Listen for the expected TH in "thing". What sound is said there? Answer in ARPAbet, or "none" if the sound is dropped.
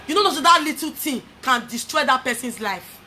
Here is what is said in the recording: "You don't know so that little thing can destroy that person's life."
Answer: T